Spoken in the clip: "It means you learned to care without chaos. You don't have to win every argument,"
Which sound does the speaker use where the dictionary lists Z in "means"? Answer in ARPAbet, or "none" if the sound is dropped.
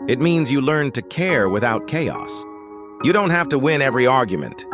Z